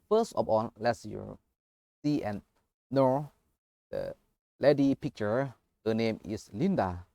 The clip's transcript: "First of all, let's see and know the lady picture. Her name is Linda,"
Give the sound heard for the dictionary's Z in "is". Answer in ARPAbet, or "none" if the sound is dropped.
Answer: S